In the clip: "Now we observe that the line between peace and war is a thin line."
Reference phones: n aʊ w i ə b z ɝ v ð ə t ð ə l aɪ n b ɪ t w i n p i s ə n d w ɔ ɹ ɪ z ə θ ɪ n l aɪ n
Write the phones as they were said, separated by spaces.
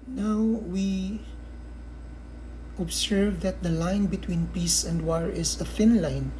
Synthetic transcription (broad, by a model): n aʊ w i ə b s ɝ v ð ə t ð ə l aɪ n b ɪ t w i n p i s ə n d w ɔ ɹ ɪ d ə f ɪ n l aɪ n